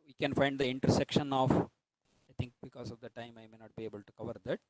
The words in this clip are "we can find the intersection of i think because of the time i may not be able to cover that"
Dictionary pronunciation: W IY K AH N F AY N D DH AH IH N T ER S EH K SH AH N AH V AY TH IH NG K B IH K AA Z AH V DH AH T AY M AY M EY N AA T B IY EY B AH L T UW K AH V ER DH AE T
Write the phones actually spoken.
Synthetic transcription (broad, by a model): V IY K AH N F AY N D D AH IH N T ER S EH K SH AH N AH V AY T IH NG K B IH K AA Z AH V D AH T AY M AY M EY N AA T B IY EY B AH L T UW K AH V ER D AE T